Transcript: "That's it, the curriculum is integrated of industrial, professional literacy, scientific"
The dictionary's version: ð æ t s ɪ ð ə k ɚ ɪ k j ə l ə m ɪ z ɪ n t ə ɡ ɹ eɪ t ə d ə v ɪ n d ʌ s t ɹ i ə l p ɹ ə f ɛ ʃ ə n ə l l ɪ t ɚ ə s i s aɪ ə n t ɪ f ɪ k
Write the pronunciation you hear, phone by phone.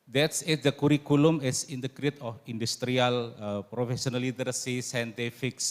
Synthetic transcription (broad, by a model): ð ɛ t s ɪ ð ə k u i k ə l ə m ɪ s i n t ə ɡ ɹ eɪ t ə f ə n d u s t ɹ i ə l p ɹ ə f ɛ s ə n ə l l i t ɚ s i s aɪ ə n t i f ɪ k